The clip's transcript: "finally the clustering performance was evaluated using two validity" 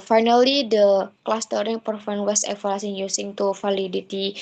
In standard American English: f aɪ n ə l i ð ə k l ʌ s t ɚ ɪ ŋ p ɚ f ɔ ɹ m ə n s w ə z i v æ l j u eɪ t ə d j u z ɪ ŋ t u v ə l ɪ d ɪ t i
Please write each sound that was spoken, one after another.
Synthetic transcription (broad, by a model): f aɪ n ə l i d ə k l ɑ s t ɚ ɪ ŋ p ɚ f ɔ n w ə s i f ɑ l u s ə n j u s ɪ ŋ t u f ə l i d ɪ t i